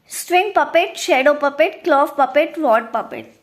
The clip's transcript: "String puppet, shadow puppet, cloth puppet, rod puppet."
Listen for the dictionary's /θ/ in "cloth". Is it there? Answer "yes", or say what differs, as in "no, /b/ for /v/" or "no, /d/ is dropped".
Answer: no, /f/ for /θ/